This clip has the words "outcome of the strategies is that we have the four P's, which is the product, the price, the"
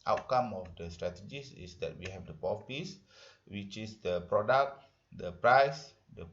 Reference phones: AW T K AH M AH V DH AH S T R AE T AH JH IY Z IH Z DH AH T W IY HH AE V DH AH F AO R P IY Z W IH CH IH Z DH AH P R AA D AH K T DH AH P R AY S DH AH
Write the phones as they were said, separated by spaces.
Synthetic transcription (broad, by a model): AW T K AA M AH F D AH S T R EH T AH JH IY S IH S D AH T W IY HH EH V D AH P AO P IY S W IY CH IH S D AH P R AA D AH K T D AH P R AY S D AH